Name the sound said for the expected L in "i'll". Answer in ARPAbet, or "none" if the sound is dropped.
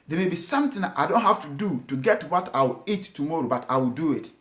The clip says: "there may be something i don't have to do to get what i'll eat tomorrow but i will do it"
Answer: W